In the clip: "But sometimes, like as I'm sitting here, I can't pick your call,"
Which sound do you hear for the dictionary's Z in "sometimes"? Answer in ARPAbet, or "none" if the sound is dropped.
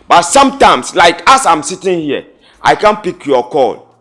S